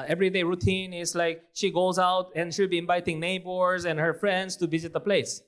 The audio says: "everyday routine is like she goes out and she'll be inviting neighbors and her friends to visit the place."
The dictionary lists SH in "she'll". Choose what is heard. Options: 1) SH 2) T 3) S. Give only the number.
1